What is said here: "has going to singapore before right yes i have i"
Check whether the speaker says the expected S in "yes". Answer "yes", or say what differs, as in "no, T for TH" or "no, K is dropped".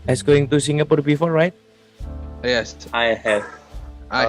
yes